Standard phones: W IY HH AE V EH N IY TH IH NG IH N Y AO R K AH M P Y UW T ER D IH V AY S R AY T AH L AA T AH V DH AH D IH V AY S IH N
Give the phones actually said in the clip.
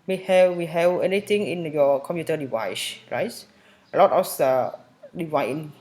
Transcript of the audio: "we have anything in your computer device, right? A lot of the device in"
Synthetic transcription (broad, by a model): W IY HH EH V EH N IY T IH NG IH N Y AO K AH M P Y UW T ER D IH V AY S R AY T AH L AA T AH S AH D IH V AY IH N